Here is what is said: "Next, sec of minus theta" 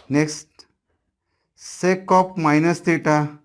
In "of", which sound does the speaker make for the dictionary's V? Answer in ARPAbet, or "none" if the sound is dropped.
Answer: P